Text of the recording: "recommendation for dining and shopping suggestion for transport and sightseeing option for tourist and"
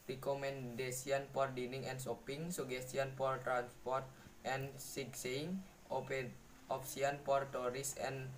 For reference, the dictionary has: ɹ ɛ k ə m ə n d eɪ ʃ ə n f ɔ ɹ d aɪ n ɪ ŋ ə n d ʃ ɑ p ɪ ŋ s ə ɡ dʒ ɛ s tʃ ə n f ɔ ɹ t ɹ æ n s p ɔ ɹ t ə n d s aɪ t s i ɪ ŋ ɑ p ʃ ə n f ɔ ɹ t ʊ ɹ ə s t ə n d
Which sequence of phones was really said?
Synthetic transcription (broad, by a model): ɹ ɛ k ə m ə n d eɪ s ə n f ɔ ɹ d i n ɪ ŋ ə n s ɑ p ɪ ŋ s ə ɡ ɛ s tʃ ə n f ɔ ɹ t ɹ æ n s p ɔ ɹ t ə n s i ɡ s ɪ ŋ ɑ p s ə n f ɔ ɹ t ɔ ɹ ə s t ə n